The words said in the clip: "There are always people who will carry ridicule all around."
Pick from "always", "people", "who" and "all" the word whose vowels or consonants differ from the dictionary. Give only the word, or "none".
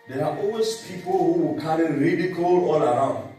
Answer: always